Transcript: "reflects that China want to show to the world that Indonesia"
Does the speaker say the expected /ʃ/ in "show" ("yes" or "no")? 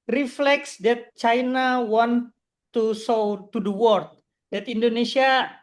no